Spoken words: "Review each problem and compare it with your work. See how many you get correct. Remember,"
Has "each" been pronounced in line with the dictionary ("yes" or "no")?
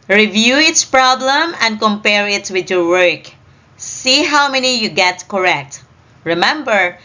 no